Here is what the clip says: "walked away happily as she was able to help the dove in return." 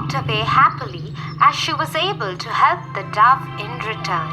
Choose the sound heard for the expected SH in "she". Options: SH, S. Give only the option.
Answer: SH